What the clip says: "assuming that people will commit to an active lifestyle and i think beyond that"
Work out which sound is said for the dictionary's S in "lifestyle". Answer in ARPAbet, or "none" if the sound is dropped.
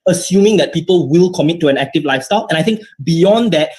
S